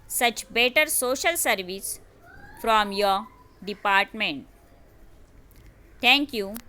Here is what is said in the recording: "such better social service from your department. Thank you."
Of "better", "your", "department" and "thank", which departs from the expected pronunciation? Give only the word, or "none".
thank